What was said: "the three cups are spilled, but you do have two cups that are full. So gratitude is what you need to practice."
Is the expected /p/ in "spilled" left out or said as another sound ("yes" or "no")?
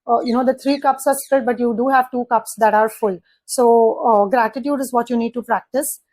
yes